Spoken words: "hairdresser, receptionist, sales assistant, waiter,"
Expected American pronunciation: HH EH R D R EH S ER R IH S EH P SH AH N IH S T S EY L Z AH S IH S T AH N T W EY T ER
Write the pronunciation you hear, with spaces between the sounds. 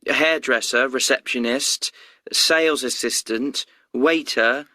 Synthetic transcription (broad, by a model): HH EH D R EH S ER R IH S EH P SH AH N IH S T S EY L Z AH S IH S T AH N T W EY T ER